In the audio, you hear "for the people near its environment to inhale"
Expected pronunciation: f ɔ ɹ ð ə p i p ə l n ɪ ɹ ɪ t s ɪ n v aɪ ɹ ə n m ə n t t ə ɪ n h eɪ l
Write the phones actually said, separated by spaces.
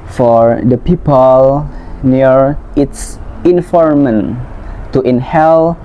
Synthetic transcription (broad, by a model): f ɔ ɹ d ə p i p ə l n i ɹ ɪ t s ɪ n f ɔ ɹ m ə n t t ə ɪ n h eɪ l